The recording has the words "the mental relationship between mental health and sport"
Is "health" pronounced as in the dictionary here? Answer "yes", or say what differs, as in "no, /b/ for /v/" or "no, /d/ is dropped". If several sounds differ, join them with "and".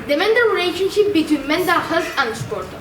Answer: no, /t/ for /θ/